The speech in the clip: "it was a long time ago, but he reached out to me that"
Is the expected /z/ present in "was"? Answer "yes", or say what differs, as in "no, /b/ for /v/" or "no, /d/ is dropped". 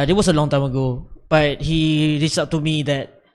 no, /s/ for /z/